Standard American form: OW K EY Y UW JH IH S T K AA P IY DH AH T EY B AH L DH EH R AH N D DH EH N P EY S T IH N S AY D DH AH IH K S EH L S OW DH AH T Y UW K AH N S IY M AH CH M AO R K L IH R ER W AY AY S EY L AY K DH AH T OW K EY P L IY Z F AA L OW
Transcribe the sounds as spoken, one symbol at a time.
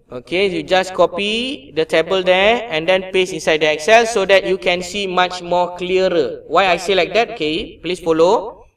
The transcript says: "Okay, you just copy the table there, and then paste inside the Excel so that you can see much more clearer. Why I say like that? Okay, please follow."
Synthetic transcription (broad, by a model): OW K EY Y UW JH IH S K AA P IY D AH T EY B AH L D EH AH N D EH N P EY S IH N S AY D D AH IH K S EH L S OW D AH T Y UW K AH N S IY M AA CH M AO K L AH R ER W AY AY S EY L AY K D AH T OW K EY P L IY S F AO L OW